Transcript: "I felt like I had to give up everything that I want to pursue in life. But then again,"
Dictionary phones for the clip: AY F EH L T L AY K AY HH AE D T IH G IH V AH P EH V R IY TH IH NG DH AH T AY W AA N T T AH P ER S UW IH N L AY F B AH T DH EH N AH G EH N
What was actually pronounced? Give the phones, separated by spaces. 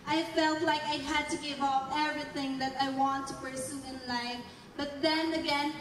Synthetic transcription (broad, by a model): AY F EH L T L AY K AY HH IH D T IH G IH V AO F EH V R IY TH IH NG DH AH T AY W AA N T T AH P ER S UW IH N L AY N B AH T DH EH N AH G EH N